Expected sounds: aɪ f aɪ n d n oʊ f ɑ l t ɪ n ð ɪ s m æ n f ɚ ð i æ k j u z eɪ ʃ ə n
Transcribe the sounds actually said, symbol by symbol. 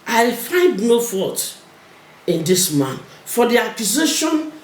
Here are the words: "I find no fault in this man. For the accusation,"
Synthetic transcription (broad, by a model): aɪ f aɪ n d n oʊ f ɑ t ɪ n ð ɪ s m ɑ n f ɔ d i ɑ k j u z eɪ ʃ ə n